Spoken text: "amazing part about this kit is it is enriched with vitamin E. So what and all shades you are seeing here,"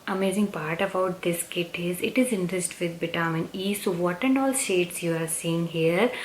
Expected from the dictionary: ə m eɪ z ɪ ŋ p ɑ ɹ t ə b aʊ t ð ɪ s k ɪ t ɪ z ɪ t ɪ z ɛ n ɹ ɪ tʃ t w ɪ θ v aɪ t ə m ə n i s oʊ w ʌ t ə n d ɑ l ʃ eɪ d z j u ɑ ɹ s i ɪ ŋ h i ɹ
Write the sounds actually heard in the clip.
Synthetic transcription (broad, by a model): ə m eɪ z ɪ ŋ p ɑ ɹ t ə b aʊ t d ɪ s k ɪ t ɪ z ɪ t ɪ z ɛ n ɹ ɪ s t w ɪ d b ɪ t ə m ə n i s oʊ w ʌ t ə n d ɑ l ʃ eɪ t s j u ɑ ɹ s i ɪ ŋ h i ɹ